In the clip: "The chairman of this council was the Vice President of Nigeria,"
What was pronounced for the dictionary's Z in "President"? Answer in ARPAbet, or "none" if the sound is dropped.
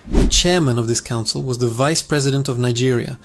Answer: Z